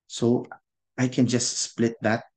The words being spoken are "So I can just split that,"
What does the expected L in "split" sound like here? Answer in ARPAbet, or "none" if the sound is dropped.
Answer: L